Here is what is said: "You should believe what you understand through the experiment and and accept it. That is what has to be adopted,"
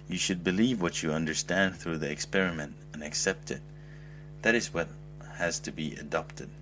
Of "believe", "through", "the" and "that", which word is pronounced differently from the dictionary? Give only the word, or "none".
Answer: none